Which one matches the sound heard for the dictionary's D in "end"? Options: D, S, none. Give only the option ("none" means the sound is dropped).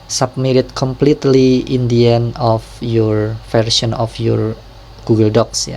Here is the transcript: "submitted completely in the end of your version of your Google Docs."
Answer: none